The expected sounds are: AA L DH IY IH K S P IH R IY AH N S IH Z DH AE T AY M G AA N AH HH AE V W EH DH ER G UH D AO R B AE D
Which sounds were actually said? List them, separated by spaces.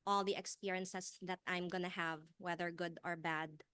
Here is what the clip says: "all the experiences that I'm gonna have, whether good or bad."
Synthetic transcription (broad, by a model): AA L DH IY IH K S P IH R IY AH N S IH S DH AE T AY M G AA N AH HH AE V W EH DH ER G UH D AO R B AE D